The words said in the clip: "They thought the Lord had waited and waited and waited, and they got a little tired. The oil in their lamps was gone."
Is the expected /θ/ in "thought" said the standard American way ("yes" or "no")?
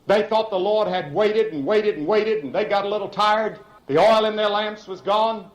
yes